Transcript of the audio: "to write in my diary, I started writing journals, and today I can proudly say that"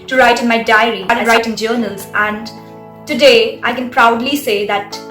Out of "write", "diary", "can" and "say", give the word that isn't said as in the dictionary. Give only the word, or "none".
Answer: diary